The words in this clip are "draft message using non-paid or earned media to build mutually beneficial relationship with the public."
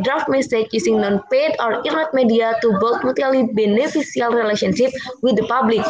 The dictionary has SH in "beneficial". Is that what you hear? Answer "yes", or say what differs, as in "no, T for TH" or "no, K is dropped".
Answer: no, S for SH